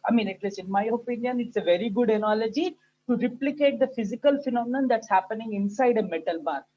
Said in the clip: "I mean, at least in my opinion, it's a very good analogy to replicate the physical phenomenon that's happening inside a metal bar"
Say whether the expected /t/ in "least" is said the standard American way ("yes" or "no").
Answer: no